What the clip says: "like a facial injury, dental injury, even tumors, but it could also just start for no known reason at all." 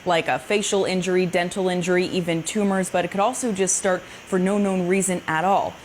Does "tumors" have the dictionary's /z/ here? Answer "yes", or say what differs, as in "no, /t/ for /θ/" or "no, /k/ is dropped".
yes